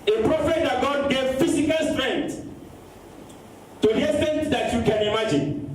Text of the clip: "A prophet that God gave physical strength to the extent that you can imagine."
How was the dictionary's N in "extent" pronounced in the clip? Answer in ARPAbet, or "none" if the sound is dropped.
none